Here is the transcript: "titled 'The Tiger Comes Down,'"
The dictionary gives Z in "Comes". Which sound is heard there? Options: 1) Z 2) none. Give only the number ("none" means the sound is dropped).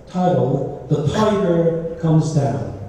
1